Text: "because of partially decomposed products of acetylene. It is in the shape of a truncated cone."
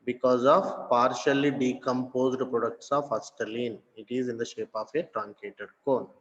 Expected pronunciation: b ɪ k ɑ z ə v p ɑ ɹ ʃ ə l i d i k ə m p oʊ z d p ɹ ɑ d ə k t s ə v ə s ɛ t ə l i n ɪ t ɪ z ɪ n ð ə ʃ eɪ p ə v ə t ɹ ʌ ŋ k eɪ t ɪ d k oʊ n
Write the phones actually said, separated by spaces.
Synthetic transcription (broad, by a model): b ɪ k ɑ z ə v p ɑ ɹ ʃ ə l i d i k ə m p oʊ z d p ɹ ɑ d ə k t s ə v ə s t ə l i n ɪ t ɪ z ɪ n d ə ʃ eɪ p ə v ə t ɹ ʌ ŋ k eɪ t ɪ d k oʊ n